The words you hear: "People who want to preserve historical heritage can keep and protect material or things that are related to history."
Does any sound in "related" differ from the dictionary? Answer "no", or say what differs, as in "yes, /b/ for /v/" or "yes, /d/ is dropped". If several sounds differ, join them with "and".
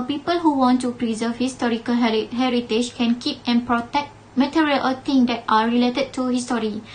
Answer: no